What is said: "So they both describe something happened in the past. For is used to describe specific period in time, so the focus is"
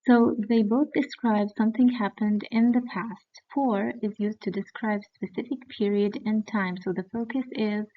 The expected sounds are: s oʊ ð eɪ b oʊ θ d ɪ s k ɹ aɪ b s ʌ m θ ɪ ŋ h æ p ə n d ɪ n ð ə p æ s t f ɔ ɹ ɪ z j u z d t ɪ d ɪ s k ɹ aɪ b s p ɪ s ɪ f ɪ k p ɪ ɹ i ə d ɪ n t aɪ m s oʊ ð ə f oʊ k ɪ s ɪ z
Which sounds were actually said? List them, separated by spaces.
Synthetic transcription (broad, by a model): s oʊ ð eɪ b oʊ θ d ɪ s k ɹ aɪ b s ʌ m θ ɪ ŋ h æ p ə n d ɪ n ð ə p æ s t f ɔ ɹ ɪ z j u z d t ɪ d ɪ s k ɹ aɪ b s p ɪ s ɪ f ɪ k p ɪ ɹ i ə d ɪ n t aɪ m s oʊ ð ə f oʊ k ɪ s ɪ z